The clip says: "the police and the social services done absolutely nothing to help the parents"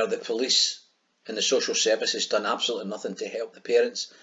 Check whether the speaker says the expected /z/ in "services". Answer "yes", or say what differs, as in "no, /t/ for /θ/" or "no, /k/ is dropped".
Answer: yes